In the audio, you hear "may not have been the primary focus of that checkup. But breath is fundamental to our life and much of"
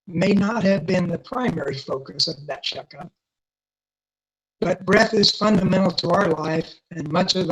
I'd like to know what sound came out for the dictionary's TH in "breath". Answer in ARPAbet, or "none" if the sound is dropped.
TH